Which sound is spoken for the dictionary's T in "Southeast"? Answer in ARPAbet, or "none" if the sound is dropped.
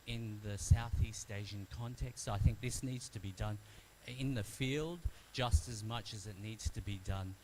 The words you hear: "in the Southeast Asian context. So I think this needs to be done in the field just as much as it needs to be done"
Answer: T